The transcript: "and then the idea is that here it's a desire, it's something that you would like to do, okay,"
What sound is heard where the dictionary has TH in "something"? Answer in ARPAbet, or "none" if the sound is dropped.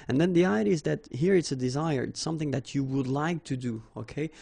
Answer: TH